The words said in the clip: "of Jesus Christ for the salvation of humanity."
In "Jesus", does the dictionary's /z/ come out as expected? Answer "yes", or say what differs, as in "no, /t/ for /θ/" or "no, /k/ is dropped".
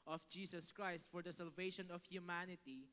no, /s/ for /z/